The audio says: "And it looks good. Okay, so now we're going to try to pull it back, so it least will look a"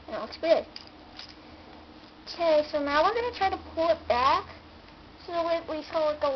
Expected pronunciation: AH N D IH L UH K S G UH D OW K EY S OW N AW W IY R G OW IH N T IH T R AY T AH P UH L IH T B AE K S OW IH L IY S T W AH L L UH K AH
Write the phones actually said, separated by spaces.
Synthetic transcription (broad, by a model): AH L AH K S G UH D OW K EY S OW N AW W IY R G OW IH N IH T R AY T AH P UH L IH T B AE K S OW IH W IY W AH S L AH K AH